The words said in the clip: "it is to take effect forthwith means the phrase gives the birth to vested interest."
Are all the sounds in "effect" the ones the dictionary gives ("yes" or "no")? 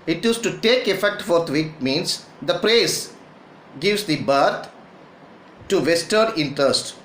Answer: yes